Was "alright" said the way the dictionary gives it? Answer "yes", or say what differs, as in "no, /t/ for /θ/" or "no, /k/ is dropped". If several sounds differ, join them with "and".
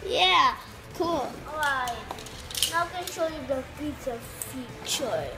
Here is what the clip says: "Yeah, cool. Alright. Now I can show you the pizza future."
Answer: no, /l/ is dropped